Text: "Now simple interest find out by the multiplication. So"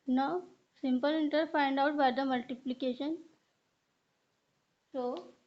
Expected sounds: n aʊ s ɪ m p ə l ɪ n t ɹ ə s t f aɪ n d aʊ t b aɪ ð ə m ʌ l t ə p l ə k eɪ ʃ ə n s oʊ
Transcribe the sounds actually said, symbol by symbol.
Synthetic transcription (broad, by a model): n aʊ s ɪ m p ə l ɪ n t ə t f aɪ n d aʊ t b aɪ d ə m ʌ l t ə p l ə k eɪ ʃ ə n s oʊ